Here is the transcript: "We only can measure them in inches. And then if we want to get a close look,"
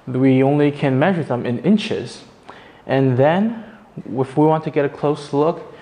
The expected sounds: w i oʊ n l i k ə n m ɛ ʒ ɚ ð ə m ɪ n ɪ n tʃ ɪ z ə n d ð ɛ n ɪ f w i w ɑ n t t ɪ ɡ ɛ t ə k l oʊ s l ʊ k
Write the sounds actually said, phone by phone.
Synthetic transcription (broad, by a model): w i oʊ n l i k ə n m ɛ ʒ ɚ ð ə m ɪ n ɪ n tʃ ɪ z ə n ð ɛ n ɪ f w i w ɑ n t t ɪ ɡ ɛ t ə k l oʊ s l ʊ k